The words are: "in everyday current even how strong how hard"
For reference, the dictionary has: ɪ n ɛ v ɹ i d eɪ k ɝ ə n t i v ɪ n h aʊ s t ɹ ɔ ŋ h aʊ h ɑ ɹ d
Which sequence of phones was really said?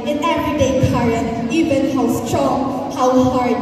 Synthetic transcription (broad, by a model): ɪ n ɛ v ɹ i d eɪ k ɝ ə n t i v ɪ n h aʊ s t ɹ ɔ ŋ h aʊ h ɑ ɹ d